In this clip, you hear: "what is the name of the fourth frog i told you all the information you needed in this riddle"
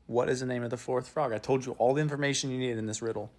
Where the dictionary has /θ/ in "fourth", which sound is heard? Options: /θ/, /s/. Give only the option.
/θ/